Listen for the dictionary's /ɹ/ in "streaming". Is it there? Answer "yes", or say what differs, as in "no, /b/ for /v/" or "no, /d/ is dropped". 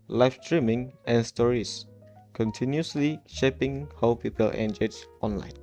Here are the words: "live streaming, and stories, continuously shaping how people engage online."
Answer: yes